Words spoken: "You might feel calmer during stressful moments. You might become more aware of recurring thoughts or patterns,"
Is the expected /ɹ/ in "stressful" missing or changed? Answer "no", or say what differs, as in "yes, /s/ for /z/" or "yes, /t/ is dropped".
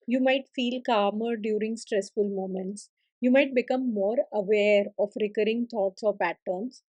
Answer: no